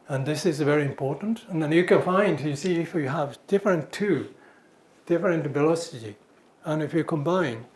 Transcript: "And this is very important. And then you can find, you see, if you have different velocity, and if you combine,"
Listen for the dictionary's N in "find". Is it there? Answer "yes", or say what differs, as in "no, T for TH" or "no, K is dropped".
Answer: yes